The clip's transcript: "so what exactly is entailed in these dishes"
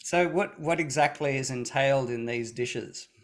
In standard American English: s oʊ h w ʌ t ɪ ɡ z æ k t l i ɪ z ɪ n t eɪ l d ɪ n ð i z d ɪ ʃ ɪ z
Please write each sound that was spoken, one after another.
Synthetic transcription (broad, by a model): s oʊ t w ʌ t ɪ ɡ z æ k t l i ɪ z ɪ n t eɪ l d ɪ n ð i z d ɪ ʃ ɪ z